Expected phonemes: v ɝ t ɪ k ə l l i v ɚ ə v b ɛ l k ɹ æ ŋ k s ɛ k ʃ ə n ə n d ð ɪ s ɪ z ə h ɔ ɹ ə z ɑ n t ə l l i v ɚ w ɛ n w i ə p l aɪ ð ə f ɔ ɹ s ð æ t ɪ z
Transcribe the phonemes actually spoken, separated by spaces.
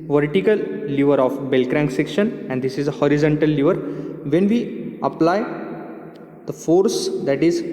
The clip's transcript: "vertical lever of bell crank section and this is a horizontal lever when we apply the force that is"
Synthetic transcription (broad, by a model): v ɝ t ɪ k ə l l i v ɚ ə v b ɛ l k ɹ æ ŋ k s ɛ k ʃ ə n ə n d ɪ s ɪ z ə h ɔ ɹ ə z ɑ n t ə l l i v ɚ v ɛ n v i ə p l aɪ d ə f ɔ ɹ s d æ t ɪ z